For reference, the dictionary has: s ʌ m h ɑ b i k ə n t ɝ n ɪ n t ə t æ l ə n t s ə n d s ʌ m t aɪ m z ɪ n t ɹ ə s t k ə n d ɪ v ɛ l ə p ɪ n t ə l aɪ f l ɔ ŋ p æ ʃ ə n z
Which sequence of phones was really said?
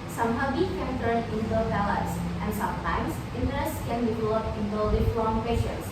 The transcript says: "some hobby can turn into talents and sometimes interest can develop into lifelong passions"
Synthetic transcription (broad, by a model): s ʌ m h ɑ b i k ə n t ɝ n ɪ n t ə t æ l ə t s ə n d s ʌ m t aɪ m s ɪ n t ɹ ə s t k ə n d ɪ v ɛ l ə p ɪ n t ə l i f ɔ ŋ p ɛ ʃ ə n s